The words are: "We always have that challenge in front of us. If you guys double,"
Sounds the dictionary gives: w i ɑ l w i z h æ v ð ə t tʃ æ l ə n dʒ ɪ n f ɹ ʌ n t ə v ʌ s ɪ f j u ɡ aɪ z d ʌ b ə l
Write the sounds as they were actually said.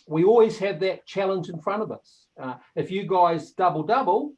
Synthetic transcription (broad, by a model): w i ɑ l w i z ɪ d ð ə t tʃ æ l ə n dʒ ɪ n f ɹ ʌ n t ə v ʌ s ɪ f j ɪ ɡ aɪ z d ʌ b ə l